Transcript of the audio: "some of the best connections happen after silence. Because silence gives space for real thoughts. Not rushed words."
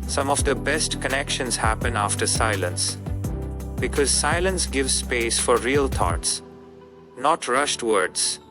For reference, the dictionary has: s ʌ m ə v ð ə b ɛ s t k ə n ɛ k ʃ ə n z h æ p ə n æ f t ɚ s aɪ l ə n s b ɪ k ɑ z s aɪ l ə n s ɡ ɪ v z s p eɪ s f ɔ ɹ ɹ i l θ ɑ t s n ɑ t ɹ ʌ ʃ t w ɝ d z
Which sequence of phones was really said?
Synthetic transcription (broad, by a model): s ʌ m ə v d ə b ɛ s t k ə n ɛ k ʃ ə n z h æ p ə n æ f t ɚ s aɪ l ə n s b ɪ k ɑ z s aɪ l ə n s ɡ ɪ v z s p eɪ s f ɔ ɹ ɹ i l t ɑ t s n ɑ t ɹ ʌ ʃ t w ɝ d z